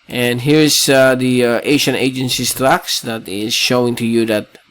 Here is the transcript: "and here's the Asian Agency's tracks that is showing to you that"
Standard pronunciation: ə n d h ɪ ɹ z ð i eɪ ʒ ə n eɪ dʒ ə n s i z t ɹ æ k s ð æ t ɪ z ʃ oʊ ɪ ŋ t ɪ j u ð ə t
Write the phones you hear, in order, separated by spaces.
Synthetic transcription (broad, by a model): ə n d h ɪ ɹ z ð i eɪ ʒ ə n eɪ dʒ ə n s i s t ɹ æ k s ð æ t ɪ z ʃ oʊ ɪ ŋ t ɪ j u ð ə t